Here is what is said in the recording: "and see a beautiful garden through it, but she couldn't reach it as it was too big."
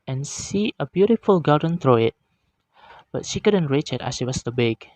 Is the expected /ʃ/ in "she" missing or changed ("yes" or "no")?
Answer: no